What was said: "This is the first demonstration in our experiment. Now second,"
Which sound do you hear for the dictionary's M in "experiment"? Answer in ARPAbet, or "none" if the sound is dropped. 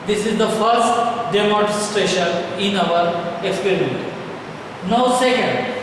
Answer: none